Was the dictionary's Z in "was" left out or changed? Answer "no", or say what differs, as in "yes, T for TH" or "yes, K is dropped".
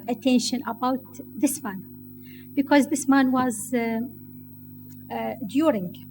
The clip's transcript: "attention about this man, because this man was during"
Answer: no